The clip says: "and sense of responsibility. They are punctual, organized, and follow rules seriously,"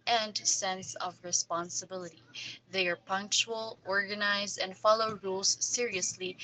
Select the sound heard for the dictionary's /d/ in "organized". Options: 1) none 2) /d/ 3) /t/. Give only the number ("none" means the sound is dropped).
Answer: 1